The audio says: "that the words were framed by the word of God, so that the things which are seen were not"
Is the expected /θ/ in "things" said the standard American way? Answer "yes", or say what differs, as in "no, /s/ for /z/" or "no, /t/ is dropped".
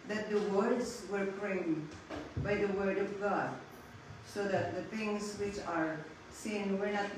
no, /t/ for /θ/